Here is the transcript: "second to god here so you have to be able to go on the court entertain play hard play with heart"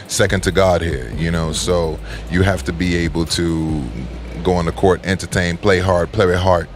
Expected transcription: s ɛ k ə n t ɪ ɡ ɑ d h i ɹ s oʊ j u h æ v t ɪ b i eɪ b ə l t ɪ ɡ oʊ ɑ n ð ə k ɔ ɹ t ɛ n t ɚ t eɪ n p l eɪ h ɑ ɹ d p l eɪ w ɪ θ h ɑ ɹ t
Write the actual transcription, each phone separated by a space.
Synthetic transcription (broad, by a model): s ɛ k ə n t ɪ ɡ ɑ d h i ɹ s oʊ j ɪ h æ f t ɪ b i eɪ b l t ɪ ɡ oʊ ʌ n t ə k ɔ ɹ t ɛ n t ɚ t eɪ n p l eɪ h ɑ ɹ d p l eɪ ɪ h ɑ ɹ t